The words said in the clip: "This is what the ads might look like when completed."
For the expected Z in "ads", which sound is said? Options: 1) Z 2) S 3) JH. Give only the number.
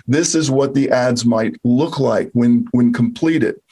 1